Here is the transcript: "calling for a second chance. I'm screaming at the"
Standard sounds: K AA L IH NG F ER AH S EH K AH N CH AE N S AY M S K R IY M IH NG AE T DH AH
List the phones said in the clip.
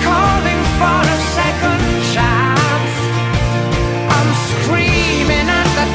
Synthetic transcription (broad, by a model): K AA L IH NG F ER AH S EH K AH N SH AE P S AY M S K R IY M IH NG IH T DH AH